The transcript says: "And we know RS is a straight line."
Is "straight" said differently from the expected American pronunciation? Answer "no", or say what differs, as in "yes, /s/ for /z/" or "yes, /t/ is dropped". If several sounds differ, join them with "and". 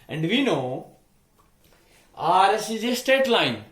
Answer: yes, /ɹ/ is dropped